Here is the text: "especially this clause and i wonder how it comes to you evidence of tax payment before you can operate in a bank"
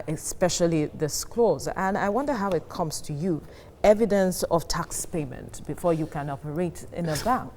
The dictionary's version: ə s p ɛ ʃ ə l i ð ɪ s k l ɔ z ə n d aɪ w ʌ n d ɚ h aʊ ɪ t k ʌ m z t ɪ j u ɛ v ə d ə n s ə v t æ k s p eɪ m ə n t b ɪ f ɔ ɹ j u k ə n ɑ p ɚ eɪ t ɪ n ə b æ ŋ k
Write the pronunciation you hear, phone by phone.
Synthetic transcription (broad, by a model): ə s p ɛ ʃ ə l i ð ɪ s k l ɔ z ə n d aɪ w ʌ n d ɚ h aʊ ɪ t k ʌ m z t ɪ j u ɛ v ə d ə n s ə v t æ k s p eɪ m ə n t b ɪ f ɔ ɹ j u k ə n ɑ p ɚ eɪ t ɪ n ə b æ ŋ k